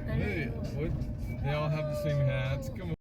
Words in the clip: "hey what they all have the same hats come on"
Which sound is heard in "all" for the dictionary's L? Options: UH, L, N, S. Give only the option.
N